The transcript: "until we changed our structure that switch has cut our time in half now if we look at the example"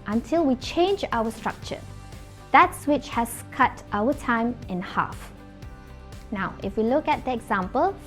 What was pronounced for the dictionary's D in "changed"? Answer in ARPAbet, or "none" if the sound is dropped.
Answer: none